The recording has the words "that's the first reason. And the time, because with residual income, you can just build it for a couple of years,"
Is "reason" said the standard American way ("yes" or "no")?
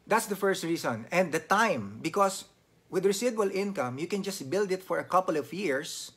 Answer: no